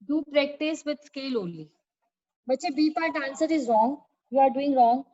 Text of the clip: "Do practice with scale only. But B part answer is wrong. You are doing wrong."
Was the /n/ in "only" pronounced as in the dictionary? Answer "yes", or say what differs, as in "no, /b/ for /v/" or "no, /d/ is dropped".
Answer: no, /n/ is dropped